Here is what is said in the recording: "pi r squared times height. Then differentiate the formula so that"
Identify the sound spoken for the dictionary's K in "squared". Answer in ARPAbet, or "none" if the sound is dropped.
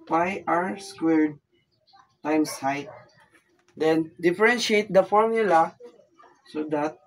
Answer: K